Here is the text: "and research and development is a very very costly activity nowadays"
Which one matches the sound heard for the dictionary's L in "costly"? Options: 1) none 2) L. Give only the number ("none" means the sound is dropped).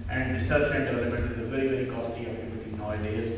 1